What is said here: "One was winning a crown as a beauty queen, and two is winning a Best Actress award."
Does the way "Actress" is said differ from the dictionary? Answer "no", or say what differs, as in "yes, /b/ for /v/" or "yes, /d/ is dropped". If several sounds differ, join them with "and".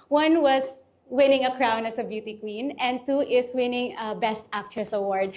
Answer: yes, /ɹ/ is dropped